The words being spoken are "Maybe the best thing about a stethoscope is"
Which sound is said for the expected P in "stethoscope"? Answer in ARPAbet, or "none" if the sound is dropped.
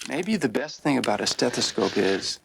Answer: P